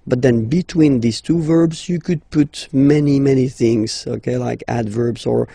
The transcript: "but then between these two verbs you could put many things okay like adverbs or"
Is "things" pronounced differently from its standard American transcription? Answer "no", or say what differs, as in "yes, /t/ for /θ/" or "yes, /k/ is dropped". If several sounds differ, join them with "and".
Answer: no